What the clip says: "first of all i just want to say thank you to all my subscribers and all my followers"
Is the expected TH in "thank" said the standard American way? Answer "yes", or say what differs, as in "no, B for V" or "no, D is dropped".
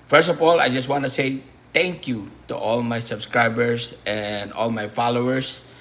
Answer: no, T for TH